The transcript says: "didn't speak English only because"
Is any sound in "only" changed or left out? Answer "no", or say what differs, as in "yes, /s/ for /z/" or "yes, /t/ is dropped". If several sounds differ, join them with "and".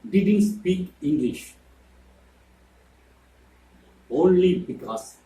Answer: no